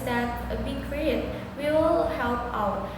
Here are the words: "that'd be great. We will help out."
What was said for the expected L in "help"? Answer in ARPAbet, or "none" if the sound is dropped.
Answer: L